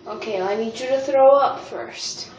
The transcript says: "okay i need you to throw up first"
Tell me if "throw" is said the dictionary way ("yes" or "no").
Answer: yes